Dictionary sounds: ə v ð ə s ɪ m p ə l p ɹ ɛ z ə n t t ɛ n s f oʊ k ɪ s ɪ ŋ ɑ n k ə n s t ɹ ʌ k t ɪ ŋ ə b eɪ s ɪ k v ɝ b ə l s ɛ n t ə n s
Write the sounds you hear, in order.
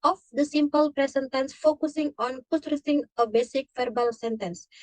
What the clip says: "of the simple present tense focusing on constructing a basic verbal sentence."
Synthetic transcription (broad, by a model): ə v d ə s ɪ m p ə l p ɹ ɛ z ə n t t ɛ n s f oʊ k ɪ s ɪ ŋ ɑ n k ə s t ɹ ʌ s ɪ ŋ ə b eɪ s ɪ k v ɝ b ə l s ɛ n t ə n s